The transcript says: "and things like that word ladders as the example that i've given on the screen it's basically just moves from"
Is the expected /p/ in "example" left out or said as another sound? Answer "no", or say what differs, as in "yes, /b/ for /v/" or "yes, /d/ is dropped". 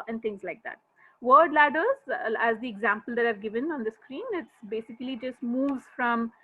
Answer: no